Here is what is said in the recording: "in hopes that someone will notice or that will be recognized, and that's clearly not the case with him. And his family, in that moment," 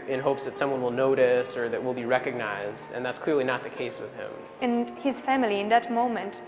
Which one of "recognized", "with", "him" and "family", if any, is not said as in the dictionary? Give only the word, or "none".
none